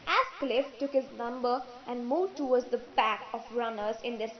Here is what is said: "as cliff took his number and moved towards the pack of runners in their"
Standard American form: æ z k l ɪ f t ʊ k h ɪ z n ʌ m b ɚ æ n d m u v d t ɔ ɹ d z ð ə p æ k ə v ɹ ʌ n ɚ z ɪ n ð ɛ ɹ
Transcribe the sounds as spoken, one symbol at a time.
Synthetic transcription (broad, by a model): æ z k l ɪ f t ʊ k h ɪ z n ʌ m b ɚ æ n d m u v t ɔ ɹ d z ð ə b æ k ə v ɹ ʌ n ɚ z ɪ n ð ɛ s